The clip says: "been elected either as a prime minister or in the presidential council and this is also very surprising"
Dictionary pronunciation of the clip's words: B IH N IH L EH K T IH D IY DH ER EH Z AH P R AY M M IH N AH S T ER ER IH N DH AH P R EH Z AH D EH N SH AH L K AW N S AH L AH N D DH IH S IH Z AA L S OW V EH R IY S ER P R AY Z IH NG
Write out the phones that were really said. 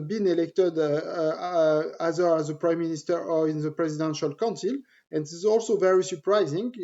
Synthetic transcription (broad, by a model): B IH N IH L EH K T IH D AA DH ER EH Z AH P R AY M M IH N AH S T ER ER IH N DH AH P R EH Z AH D EH N SH AH L K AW N S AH L AH N D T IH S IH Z AA L S OW V EH R IY S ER P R AY Z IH NG